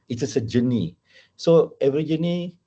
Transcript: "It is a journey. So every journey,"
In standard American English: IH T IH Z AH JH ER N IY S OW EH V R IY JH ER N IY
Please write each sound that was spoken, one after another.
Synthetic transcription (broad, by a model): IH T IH S AH JH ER N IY S OW EH V R IY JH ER N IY